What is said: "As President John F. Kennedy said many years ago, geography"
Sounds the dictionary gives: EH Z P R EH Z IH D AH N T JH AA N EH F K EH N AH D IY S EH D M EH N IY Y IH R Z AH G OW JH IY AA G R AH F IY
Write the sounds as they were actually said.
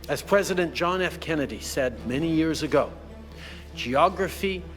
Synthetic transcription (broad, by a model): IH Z P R EH Z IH D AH N JH AA N EH F K EH N AH D IY S EH D M EH N IY Y IH R Z AH G OW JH IY AA G R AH F IY